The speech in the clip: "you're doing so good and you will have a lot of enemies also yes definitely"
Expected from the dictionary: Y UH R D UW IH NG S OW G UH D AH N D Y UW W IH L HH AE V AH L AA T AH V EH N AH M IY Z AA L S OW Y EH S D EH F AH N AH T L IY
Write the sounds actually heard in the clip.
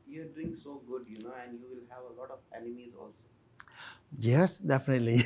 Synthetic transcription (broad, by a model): Y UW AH D UW IH NG S OW G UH D AH N D Y UW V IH L HH AE V AH L AA T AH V EH N AH M IY Z AA L S OW Y EH S D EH F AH N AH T L IY